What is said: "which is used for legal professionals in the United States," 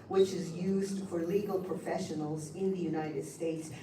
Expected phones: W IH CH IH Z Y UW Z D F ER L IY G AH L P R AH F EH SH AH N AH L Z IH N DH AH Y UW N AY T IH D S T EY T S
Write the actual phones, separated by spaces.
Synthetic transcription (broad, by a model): W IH CH IH Z Y UW Z D F ER L IY G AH L P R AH F EH SH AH N L Z IH N DH AH Y UW N AY T IH D S T EY T S